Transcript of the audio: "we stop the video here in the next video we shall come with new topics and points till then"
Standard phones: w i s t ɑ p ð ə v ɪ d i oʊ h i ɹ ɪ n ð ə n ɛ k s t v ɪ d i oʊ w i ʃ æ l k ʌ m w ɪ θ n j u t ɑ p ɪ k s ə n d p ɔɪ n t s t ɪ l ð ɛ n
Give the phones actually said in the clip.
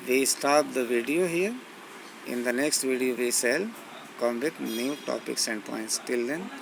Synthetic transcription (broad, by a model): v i s t ɑ p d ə v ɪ d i oʊ h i ɹ ɪ n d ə n ɛ k s t v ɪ d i oʊ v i s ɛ l k ʌ m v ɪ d n j u t ɑ p ɪ k s ə n d p ɔɪ n t s t ɪ l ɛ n